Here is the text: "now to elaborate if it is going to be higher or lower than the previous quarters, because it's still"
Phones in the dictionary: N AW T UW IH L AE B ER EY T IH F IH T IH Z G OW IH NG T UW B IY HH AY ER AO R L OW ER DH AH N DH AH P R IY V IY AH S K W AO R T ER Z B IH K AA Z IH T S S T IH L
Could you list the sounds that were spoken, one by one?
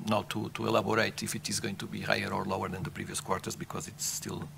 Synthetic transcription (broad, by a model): N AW T UW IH L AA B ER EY T IH F IH T IH Z G OW IH NG T UW B IY HH AY ER AO R L OW ER DH AH N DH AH P R IY V IY AH S K W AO R T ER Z B IH K AA Z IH T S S T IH L